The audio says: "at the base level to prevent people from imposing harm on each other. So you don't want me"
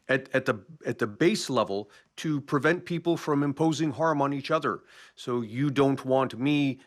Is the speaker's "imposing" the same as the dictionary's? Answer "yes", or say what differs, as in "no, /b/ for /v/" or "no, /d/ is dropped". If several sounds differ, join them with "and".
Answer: yes